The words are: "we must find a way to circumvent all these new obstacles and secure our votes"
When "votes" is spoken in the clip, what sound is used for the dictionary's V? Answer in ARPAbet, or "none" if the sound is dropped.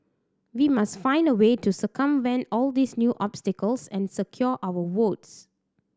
W